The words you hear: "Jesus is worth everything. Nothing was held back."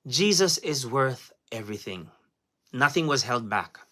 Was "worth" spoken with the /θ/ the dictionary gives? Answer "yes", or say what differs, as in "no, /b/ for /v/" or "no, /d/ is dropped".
yes